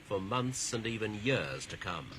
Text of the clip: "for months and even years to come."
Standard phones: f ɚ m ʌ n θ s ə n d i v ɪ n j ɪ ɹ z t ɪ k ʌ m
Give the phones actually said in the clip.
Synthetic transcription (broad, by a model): f ɚ m ʌ n θ s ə n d i v ɪ n j ɪ ɹ z t ɪ k ʌ m